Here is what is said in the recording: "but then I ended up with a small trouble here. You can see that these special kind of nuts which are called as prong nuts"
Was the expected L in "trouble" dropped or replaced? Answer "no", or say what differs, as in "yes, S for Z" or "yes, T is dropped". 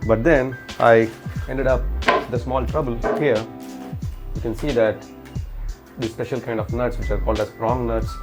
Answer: no